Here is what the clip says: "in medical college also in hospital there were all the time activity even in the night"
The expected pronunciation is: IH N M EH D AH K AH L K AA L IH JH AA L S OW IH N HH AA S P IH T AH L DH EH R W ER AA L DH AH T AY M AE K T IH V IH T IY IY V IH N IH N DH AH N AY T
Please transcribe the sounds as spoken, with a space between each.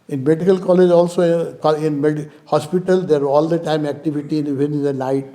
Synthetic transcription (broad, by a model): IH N M EH D AH K AH L K AA L IH JH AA L S OW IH N HH AA S P IH T AH L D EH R AA L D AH T AY M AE K T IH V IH T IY IY IH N IH N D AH N AY T